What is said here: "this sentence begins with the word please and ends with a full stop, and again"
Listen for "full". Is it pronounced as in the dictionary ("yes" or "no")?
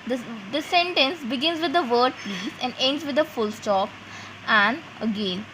yes